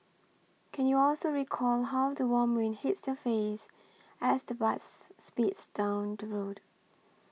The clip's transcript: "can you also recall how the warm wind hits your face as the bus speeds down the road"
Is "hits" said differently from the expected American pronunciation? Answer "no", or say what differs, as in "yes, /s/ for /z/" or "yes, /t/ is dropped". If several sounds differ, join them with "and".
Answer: no